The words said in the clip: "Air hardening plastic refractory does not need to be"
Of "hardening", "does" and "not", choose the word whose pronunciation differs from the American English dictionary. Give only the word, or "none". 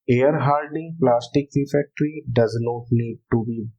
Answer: hardening